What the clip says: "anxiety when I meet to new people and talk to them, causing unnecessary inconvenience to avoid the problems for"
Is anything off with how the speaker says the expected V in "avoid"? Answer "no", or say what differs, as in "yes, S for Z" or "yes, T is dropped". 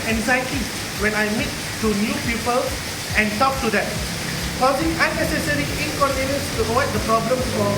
yes, W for V